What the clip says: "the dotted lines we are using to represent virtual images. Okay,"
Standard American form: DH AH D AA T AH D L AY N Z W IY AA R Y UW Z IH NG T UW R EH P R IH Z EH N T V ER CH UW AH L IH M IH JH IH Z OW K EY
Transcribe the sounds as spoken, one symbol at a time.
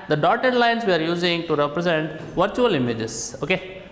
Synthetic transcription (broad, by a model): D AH D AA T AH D L AY N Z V IY AA R Y UW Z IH NG T UW R EH P R IH Z EH N T V ER CH UW AH L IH M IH JH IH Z OW K EY